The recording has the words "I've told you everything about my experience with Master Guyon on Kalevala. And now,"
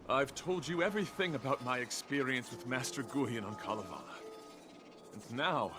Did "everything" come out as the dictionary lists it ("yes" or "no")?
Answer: yes